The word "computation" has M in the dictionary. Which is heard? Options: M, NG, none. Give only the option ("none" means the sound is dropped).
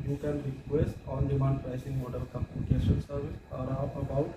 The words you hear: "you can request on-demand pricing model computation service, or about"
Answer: none